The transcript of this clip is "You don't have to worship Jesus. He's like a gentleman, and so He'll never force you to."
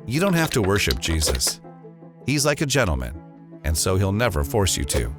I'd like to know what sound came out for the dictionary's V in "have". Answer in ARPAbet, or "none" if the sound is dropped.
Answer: F